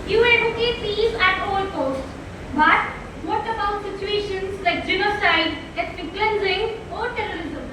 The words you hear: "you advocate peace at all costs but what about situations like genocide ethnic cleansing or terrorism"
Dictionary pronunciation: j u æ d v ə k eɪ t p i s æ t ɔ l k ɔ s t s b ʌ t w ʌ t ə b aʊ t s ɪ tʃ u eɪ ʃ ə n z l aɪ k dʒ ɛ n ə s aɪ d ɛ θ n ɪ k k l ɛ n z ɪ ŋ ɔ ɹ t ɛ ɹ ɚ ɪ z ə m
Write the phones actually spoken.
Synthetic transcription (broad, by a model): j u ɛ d ə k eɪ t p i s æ t ɔ l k ɔ s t b ʌ t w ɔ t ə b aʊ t s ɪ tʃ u eɪ ʃ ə n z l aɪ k dʒ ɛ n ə s aɪ d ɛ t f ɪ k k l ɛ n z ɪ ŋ ɔ ɹ t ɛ ɹ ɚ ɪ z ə m